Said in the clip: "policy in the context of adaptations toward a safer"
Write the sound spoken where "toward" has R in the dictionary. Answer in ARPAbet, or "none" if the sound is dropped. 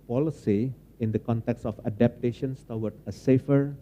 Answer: W